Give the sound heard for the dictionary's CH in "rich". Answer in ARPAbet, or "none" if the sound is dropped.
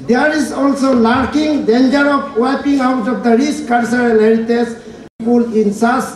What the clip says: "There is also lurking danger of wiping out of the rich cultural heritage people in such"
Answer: S